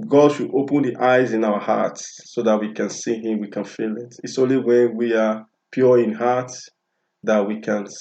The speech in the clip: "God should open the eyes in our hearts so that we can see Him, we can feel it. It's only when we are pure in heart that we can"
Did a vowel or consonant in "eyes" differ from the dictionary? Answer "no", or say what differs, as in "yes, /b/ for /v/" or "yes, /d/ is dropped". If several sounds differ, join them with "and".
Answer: no